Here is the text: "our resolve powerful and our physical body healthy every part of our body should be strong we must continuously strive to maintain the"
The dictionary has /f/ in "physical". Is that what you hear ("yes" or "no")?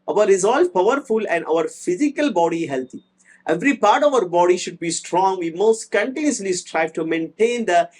yes